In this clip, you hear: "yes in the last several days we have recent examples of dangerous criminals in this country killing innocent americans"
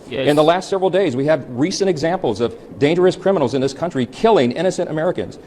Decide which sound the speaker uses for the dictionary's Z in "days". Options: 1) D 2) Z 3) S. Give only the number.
2